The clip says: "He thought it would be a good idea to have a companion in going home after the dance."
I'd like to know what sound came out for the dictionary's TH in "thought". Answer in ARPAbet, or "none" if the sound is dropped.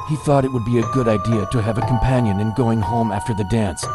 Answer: TH